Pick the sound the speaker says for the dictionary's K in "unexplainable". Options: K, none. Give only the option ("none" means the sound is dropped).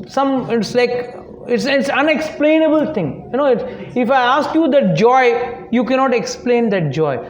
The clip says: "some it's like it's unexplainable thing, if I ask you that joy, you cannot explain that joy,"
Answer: K